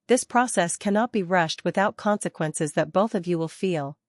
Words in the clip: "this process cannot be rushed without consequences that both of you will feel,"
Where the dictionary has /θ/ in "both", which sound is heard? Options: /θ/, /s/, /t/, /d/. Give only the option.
/θ/